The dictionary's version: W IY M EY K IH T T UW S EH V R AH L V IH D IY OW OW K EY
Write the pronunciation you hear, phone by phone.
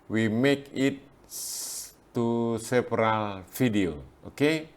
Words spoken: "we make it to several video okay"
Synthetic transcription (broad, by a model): W IY M EY K IH T S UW S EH P R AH L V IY D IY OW OW K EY